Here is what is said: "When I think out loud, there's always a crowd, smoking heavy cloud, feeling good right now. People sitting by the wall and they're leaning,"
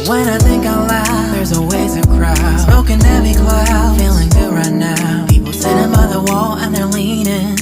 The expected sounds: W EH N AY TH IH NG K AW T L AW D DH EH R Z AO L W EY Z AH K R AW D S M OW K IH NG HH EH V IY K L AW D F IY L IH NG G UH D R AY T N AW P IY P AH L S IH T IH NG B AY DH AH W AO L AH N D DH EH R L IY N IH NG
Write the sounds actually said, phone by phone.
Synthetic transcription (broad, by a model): W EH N AY TH IH NG K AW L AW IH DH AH R Z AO W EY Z AH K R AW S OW K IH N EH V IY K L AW F IY L IH NG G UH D R AY T N AW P IY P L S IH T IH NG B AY DH AH W AO L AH N DH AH R L IY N IH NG